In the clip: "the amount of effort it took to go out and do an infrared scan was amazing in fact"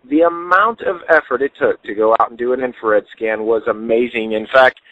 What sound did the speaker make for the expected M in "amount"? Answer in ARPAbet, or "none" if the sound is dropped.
M